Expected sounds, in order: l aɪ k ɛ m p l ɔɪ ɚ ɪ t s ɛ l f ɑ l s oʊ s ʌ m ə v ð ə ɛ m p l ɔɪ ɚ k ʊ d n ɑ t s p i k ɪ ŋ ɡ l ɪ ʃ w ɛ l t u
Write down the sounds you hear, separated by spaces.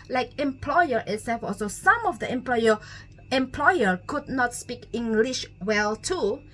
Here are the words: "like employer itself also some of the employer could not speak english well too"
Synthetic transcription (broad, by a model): l aɪ k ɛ m p l ɔɪ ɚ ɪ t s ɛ f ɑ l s oʊ s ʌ m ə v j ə ɛ m p l ɔɪ ɚ k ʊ d n ɑ t s p i k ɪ ŋ ɡ l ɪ ʃ w ɛ l t u